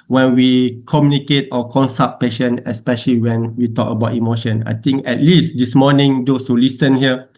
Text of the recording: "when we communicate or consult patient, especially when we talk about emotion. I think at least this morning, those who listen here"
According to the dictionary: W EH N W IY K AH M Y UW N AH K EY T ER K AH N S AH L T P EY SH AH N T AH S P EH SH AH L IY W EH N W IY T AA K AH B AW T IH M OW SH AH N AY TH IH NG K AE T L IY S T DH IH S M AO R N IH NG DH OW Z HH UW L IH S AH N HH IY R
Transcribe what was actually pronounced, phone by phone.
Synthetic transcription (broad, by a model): W EH N W IY K AH M Y UW N AH K EY T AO K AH N S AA T P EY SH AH N AH S P EH SH AH L IY W EH N W IY T AA K AH B AW T IH M OW SH AH N AY T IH NG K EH T L IY S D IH S M AO N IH NG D OW S HH UW L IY S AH N HH IY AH